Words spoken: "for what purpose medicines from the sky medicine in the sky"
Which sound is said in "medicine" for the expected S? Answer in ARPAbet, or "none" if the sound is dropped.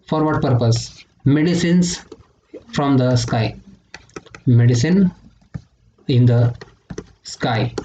S